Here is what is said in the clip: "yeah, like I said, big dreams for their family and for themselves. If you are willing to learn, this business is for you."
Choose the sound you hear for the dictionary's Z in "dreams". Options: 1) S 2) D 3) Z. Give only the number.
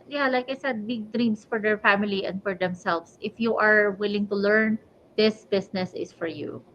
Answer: 1